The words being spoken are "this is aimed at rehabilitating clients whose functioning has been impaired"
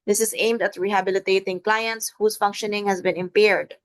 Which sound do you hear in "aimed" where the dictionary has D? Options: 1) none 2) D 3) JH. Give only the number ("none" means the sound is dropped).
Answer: 2